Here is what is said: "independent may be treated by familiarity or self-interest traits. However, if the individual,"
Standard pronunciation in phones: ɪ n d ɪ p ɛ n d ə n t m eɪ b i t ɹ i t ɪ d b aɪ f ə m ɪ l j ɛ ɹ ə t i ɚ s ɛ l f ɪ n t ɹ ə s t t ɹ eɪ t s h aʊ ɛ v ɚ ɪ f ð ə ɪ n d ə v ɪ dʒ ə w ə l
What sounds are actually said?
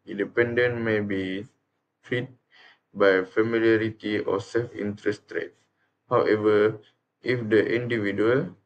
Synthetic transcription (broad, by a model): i n d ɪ p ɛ n d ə n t m eɪ b i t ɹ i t b aɪ f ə m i l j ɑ ɹ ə t i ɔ s ɛ l f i n t ɹ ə s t t ɹ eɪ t h aʊ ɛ v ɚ ɪ f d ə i n d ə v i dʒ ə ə l